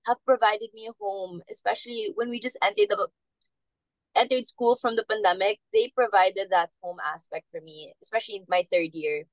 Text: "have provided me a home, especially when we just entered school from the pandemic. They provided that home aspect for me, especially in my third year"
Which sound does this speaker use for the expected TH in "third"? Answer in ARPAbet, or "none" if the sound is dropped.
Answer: TH